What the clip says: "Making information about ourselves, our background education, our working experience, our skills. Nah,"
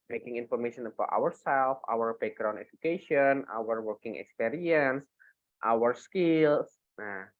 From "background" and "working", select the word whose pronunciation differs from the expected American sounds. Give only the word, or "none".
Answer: background